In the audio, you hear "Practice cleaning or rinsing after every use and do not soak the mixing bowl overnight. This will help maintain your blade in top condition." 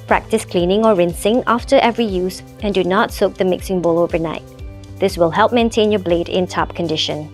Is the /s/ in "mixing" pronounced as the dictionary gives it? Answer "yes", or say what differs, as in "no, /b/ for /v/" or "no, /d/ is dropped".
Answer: yes